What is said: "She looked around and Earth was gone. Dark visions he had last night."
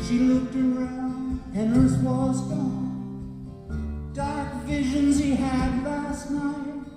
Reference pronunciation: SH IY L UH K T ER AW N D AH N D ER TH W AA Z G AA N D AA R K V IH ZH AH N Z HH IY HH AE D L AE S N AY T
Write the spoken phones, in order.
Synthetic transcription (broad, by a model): SH IY L UH K T ER AW N D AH N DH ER S W AA Z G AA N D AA R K V IH ZH AH N Z HH IY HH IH D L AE S N AY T